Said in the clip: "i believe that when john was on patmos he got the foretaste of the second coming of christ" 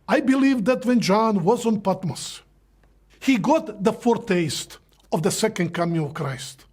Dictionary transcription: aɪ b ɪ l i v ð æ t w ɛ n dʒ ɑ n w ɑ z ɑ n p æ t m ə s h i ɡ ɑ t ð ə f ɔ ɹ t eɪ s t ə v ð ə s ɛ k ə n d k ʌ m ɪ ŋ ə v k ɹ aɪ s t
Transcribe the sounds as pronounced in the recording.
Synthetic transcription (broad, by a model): aɪ b ɪ l i v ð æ t w ɛ n dʒ ɑ n w ɑ z ɑ n p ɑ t m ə s h i ɡ ɑ t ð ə f ɔ ɹ t eɪ s t ə v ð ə s ɛ k ə n d k ʌ m ɪ ŋ ə v k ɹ aɪ s t